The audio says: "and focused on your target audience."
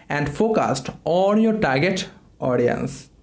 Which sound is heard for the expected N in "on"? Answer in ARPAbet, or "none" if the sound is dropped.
L